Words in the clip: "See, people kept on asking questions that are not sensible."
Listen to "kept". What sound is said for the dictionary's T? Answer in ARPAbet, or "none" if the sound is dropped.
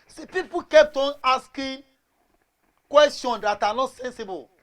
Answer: T